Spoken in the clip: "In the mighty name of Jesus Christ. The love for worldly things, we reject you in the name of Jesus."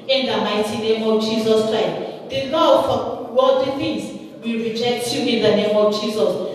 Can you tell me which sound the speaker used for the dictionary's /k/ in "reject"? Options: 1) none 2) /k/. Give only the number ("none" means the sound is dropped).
2